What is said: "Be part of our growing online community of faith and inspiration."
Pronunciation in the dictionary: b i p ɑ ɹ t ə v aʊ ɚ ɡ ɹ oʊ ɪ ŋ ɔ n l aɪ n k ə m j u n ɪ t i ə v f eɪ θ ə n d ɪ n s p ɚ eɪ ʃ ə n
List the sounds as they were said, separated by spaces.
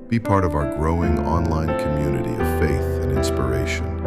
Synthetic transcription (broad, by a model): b i p ɑ ɹ t ə v aʊ ɚ ɡ ɹ oʊ ɪ ŋ ɔ n l aɪ n k ə m j u n ɪ t i ə v f eɪ θ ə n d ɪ n s p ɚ eɪ ʃ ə n